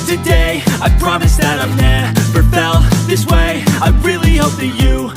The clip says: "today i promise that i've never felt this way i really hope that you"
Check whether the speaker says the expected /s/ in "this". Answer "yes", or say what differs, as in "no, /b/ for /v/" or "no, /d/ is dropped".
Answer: yes